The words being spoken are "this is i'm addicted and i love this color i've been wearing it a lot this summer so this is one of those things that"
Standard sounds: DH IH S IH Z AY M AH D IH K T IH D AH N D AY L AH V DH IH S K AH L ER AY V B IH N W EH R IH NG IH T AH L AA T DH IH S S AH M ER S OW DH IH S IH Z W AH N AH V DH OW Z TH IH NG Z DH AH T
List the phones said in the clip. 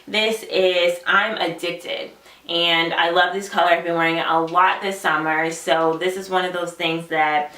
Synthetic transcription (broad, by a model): DH IH S IH Z AY M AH D IH K T IH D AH N AY L AH V DH IH S K AH L ER AY V B IH N W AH R IH NG IH T AH L AA T DH IH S S AH M ER S OW DH IH S IH Z W AH N AH V DH OW Z TH IH NG Z DH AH T